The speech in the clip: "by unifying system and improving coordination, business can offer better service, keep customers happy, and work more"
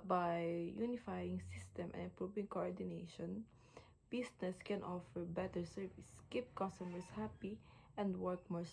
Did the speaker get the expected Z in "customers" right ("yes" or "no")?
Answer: no